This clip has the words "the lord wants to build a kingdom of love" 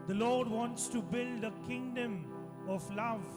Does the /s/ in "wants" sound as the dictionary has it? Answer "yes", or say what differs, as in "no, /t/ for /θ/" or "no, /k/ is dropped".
yes